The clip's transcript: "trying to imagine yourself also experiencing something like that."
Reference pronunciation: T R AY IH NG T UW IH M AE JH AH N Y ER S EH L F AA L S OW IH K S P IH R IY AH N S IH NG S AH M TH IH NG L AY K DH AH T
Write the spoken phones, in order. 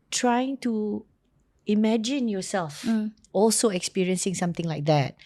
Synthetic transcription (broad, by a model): T R AY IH NG T UW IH M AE JH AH N Y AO S EH L F AA L S OW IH K S P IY R IY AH N S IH NG S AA M T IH NG L AY K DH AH T